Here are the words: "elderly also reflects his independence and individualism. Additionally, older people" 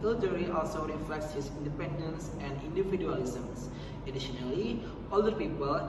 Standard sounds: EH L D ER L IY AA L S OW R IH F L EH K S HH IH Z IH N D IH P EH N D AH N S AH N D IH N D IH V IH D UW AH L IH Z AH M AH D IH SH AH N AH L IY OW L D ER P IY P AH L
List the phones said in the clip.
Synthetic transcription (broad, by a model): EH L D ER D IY AA L S OW R IH F L EH K S HH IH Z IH N D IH P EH N D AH N S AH N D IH N D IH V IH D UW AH L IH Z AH M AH D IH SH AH N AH L IY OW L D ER P IY P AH L